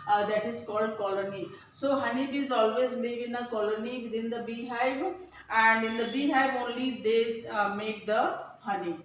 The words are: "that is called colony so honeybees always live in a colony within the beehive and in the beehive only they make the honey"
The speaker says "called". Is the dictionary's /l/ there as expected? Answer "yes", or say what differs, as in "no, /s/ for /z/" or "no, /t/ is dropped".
yes